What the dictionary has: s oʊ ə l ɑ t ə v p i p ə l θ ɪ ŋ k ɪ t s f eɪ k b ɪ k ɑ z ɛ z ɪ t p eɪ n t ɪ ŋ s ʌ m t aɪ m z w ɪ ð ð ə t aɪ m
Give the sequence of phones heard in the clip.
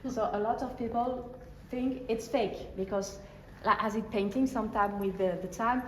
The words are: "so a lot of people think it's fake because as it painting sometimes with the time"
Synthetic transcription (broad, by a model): s oʊ ə l ɑ t ə v p i p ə l θ ɪ ŋ k ɪ t s f eɪ k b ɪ k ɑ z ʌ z ɪ t p eɪ n t ɪ ŋ s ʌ m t aɪ m w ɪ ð ð ə t aɪ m